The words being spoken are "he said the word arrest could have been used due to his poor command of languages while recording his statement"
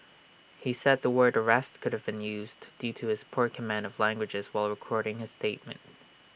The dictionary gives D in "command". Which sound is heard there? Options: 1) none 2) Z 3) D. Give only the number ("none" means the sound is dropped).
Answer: 3